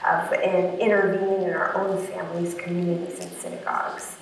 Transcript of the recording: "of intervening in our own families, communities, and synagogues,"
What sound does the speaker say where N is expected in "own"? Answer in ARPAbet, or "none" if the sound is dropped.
N